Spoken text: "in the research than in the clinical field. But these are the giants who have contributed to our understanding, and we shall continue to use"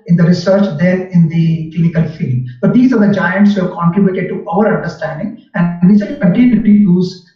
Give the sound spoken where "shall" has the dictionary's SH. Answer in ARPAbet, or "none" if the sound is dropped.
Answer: S